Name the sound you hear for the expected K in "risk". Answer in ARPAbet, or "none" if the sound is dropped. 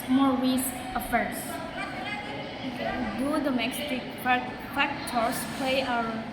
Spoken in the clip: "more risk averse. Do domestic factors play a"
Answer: none